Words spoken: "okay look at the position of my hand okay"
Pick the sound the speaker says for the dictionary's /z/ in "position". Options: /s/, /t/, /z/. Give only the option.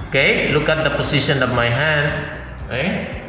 /s/